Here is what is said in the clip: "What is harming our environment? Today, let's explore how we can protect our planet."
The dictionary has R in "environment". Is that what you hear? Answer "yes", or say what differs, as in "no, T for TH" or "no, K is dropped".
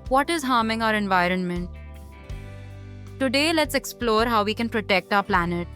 yes